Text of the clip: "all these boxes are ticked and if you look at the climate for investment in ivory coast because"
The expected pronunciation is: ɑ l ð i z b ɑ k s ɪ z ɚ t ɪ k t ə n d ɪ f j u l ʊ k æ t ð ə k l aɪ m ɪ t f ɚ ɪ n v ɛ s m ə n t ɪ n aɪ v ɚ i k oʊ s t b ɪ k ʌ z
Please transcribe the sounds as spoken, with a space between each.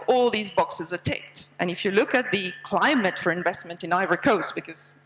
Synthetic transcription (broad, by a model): ɑ l ð i z b ɑ k s ɪ z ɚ t ɪ k t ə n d ɪ f j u l ʊ k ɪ t ð ə k l aɪ m ɪ t f ɚ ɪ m v ɛ s m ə n t ɪ n aɪ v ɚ k oʊ s t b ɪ k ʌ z